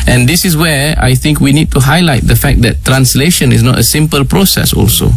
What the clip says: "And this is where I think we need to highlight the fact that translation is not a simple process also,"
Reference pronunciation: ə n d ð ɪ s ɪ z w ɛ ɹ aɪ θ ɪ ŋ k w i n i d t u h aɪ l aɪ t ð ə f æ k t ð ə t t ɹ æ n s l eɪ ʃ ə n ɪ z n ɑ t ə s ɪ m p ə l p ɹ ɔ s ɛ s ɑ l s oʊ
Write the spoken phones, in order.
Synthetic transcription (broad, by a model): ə n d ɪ s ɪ s w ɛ aɪ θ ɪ ŋ k w i n i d t u h aɪ l aɪ t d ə f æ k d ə t t ɹ æ n s l eɪ ʃ ə n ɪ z n ɑ t ə s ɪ m p ə l p ɹ ɔ s ɛ s ɑ l s oʊ